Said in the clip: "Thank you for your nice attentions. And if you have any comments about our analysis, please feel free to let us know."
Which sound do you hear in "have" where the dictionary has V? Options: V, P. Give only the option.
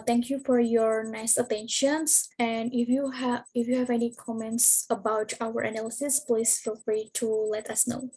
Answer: V